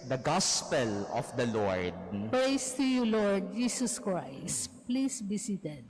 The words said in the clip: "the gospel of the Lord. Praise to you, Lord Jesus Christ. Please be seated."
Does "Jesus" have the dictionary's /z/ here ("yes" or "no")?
no